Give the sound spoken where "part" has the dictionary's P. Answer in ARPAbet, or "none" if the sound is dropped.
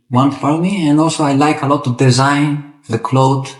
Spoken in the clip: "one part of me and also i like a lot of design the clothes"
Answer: F